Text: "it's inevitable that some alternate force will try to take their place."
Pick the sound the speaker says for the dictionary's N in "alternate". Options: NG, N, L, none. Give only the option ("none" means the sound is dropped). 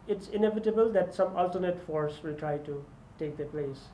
N